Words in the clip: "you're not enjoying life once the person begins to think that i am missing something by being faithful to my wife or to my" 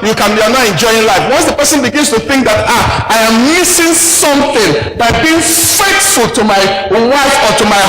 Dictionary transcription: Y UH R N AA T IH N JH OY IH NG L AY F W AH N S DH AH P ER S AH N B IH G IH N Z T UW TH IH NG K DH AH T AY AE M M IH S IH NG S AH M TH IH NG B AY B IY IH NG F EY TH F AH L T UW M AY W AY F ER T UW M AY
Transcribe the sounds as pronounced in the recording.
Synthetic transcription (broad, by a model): Y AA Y N AA T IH N JH OY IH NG L AY F W AH N S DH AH P ER S AH N B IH G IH N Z T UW TH IH NG K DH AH T AY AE M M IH S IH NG S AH M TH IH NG B AY B IY IH NG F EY T F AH L T UW M AY W AY F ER T UW M AY